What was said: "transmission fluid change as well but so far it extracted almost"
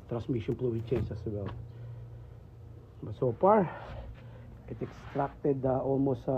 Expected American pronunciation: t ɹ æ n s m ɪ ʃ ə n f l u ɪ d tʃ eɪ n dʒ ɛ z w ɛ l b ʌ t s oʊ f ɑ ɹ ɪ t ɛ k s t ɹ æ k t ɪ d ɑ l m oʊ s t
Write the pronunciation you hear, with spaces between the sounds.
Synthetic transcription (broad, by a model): t ɹ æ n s m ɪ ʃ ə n p l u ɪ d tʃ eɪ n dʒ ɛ s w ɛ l b ʌ t s oʊ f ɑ ɹ ɪ t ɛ k s t ɹ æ k t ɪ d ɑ l m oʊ s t